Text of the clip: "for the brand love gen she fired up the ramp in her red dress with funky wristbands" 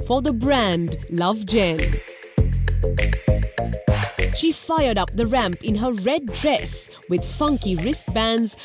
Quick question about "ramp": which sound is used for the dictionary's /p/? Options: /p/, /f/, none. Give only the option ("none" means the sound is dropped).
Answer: /p/